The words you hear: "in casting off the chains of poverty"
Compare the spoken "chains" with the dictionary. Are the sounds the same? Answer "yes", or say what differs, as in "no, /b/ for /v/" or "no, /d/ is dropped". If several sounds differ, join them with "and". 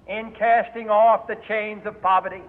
yes